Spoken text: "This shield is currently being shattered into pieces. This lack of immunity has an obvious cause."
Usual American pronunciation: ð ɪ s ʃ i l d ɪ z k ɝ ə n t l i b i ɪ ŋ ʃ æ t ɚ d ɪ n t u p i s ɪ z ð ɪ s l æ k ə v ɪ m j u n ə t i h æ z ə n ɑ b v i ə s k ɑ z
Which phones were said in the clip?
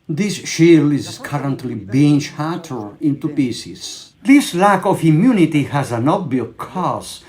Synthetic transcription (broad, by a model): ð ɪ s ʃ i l ɪ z k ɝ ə n t l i b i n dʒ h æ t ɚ ɪ n t u p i s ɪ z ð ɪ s l æ k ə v ɪ m j u n ə t i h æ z ə n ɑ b b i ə k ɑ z